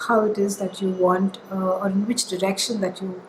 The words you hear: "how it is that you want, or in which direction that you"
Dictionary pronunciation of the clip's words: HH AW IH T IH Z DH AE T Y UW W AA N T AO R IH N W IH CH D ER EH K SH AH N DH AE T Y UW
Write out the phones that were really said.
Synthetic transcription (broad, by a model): HH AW IH T IH Z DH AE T Y UW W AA N T AO R IH N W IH CH D ER EH K SH AH N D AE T Y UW